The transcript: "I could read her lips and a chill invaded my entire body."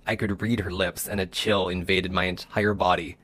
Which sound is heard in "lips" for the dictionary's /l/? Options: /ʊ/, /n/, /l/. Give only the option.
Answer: /l/